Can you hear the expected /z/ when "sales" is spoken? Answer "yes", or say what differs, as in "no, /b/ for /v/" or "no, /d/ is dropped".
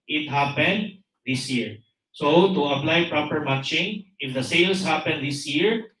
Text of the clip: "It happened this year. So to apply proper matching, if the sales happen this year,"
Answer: no, /s/ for /z/